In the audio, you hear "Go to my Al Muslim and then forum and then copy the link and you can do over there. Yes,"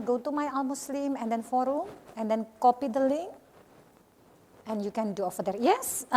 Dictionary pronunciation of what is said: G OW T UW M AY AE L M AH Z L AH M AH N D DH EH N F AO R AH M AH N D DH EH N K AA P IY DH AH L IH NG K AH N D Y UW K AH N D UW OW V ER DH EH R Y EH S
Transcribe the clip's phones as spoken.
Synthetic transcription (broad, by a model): G OW T UW M AY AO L M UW S L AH M AH N D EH N F AO R AH M AH N D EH N K AA P IY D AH L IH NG AH N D Y UW K AH N D UW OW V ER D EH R Y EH S